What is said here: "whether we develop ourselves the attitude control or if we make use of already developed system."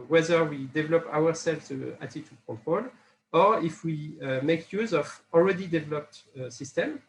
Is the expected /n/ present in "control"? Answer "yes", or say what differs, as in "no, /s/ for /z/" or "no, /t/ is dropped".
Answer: no, /n/ is dropped